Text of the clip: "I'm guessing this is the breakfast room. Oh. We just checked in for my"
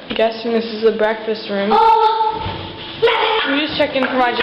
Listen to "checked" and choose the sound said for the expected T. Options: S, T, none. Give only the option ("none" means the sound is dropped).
none